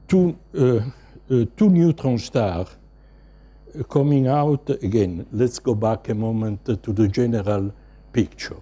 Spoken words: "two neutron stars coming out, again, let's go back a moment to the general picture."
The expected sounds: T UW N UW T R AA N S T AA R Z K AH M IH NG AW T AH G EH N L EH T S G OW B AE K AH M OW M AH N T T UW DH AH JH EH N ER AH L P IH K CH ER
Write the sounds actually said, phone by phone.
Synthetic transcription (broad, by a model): T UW N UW T R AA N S T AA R K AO M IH NG AW T AH G EH N L EH T S G OW B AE K AH M OW M AH N T T UW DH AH JH EH N ER AH L P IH K CH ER